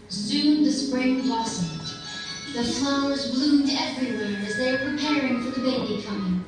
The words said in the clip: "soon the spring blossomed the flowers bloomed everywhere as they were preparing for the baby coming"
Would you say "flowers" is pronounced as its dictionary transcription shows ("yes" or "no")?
yes